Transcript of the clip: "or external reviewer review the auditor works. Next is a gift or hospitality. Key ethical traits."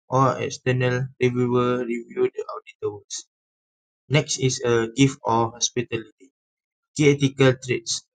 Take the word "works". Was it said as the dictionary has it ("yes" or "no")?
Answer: no